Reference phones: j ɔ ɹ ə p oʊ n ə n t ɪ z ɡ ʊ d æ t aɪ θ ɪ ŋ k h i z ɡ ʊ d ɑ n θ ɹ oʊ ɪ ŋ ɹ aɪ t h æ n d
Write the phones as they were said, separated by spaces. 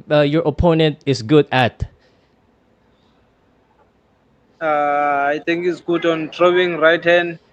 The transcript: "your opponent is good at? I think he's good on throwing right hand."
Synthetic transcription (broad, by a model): j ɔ ɹ ə p oʊ n ə n t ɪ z ɡ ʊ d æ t aɪ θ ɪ ŋ k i s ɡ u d ɑ n t ɹ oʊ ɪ ŋ ɹ aɪ t h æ n d